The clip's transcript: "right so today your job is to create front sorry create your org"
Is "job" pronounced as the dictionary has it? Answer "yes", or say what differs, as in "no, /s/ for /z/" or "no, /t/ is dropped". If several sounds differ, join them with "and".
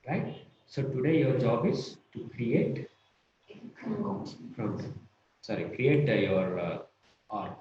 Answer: yes